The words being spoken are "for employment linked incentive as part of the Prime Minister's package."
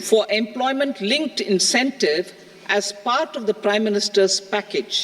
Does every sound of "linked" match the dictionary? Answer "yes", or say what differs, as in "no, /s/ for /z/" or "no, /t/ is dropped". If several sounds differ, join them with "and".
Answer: yes